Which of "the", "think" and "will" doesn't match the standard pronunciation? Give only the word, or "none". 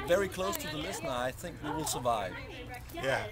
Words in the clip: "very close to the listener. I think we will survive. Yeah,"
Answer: none